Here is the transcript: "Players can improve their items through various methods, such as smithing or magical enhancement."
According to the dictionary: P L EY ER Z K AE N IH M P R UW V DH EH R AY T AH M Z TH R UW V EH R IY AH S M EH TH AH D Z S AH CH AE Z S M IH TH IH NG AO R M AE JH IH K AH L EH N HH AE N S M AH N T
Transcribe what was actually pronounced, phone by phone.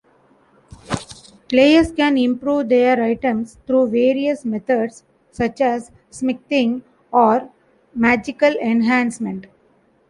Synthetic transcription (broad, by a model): P L EY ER S K AE N IH M P R UW V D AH R AY T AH M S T R UW V EH R IY AH S M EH T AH D S AH CH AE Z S M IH T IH NG AO R M AE JH IH K AH L EH N HH AE N S M AH N T